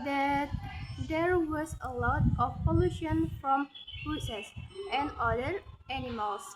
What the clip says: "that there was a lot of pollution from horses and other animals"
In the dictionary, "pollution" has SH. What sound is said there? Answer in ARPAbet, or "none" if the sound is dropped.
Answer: SH